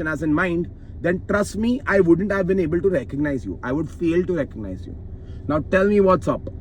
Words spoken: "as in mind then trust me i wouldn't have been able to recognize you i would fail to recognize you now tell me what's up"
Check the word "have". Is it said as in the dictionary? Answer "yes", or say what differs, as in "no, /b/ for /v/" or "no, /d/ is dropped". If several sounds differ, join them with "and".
yes